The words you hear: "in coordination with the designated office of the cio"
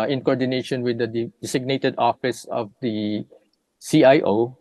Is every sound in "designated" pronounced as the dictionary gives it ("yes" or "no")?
no